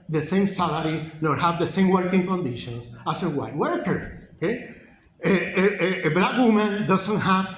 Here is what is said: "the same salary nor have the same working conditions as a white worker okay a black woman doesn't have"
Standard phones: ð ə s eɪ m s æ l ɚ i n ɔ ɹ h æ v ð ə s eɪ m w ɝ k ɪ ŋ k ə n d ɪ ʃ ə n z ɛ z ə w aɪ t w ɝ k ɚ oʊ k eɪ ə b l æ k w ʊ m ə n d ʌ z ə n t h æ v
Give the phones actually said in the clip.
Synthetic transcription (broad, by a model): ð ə s eɪ m s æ l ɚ i n ɔ ɹ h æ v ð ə s eɪ m w ɝ k ɪ ŋ k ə n d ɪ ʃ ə n s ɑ s ə w aɪ t w ɝ k ɚ oʊ k eɪ ə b l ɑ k w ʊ m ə n d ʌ s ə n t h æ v